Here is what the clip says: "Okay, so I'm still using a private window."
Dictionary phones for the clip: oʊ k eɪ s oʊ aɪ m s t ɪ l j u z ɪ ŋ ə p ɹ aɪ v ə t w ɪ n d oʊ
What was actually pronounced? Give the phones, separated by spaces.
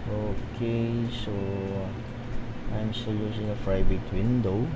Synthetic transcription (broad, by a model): oʊ k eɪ s oʊ aɪ m s t ɪ l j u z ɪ ŋ ə f ɹ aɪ b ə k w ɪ n d oʊ